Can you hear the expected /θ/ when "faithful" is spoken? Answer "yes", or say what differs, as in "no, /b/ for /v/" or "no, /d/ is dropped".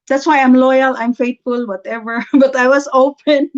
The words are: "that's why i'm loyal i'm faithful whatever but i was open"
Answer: no, /t/ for /θ/